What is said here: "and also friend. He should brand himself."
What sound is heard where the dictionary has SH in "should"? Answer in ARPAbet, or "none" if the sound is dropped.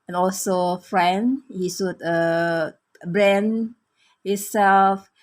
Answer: S